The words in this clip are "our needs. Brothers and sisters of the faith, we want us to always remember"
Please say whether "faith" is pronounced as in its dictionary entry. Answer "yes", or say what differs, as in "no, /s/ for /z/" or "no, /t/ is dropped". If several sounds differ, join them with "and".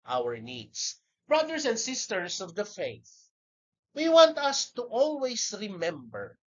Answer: yes